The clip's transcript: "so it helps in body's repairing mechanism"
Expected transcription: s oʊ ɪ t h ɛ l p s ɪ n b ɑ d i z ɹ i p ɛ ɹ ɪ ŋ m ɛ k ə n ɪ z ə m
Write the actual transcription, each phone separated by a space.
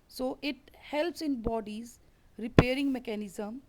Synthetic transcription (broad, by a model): s oʊ ɪ t h ɛ l p s ɪ n b ɑ d i z ɹ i p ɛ ɹ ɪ ŋ m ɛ k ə n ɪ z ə m